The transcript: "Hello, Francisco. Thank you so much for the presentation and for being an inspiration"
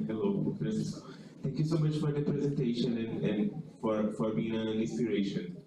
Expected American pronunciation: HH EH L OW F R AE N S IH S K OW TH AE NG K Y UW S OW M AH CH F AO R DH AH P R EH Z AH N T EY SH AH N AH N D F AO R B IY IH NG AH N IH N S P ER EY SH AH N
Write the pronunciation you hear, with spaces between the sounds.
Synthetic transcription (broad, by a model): HH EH L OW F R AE S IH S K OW T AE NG K Y UW S OW M AH CH F AO R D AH P R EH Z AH N T EY SH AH N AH N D F AO R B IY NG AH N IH N S P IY EY SH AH N